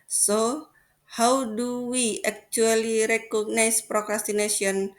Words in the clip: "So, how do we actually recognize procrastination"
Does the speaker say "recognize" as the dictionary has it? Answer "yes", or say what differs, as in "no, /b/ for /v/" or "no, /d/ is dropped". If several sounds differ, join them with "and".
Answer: no, /s/ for /z/